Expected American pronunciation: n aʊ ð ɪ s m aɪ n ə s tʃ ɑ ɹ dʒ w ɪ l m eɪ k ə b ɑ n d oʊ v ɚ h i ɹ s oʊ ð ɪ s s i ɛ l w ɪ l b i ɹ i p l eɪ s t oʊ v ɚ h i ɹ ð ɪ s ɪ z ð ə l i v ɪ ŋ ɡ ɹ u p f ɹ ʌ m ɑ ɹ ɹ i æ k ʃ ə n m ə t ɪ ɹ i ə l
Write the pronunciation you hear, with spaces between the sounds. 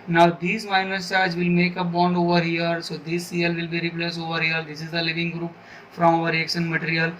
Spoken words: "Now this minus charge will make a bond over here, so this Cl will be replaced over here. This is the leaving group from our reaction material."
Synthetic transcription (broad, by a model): n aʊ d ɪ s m aɪ n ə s tʃ ɑ ɹ dʒ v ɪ l m eɪ k ə b ɑ n d oʊ v ɚ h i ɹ s oʊ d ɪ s s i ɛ l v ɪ l b i ɹ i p l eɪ s oʊ v ɚ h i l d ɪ s ɪ z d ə l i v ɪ ŋ ɡ ɹ u p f ɹ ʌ m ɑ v ɹ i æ k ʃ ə n m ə t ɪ ɹ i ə l